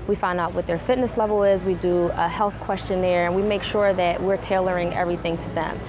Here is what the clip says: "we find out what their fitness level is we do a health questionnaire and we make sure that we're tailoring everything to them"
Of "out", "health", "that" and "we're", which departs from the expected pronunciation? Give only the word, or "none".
none